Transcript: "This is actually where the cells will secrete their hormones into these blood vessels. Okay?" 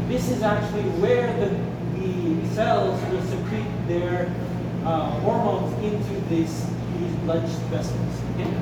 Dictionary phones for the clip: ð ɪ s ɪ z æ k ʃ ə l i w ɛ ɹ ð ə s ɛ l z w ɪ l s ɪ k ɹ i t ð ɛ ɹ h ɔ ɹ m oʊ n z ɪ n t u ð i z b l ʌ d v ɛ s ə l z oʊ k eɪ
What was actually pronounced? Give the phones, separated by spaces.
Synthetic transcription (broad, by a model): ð ɪ s ɪ z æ k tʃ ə l i w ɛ ɹ ð ə s ɛ l z w ɪ l s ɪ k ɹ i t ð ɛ ɹ h ɔ ɹ m oʊ n z ɪ n t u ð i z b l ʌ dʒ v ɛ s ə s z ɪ